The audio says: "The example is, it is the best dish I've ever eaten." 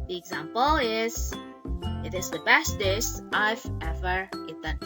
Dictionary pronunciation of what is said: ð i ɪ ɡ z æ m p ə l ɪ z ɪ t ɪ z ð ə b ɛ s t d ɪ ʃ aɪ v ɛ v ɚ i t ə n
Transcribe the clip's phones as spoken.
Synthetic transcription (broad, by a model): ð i ɪ ɡ z æ m p ə l ɪ z ɪ t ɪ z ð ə b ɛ s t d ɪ s aɪ v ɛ v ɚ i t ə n